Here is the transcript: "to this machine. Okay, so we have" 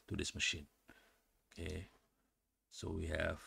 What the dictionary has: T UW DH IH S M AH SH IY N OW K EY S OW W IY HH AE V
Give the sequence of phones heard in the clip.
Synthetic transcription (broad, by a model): T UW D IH S M AH SH IY N OW K EY S OW W IY HH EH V